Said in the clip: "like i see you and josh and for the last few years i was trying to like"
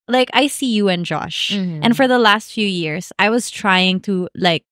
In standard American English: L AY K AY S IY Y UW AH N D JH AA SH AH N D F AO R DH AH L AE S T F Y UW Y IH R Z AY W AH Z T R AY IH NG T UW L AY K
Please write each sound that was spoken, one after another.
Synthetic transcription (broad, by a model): L AY K AY S IY Y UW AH N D JH AA SH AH N F AO R DH AH L AE S T F Y UW Y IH R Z AY W AH Z T R AY IH NG T UW L AY K